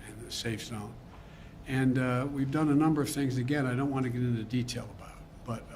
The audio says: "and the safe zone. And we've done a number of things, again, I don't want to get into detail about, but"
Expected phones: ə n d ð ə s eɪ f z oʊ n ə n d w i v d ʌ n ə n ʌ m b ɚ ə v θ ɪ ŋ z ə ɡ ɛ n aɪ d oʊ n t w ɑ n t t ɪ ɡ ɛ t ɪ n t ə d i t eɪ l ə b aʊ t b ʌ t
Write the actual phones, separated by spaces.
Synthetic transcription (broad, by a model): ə n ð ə s eɪ f s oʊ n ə n w i v d ʌ n ə n ʌ m b ɚ ə v θ ɪ ŋ z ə ɡ ɛ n aɪ d oʊ n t w ɑ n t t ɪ ɡ ɛ t ɪ n t ə d i t eɪ l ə b aʊ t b ʌ t